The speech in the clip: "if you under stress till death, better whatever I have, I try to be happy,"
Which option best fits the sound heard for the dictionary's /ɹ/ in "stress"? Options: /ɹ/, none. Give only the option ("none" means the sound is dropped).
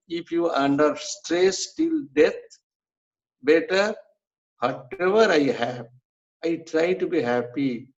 /ɹ/